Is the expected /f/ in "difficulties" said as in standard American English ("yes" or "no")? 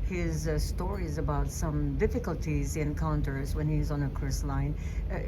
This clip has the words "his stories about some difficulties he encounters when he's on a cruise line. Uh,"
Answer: yes